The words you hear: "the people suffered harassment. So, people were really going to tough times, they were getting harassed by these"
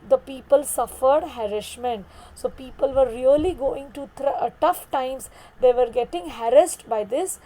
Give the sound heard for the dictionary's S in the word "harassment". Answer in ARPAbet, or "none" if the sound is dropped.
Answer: SH